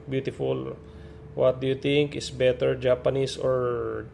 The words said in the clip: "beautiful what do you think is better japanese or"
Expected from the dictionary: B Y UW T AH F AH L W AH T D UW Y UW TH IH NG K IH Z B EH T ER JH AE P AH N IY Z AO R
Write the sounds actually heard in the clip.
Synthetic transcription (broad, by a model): B Y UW T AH F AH L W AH T D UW Y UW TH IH NG K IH S B EH T ER JH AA P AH N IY S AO R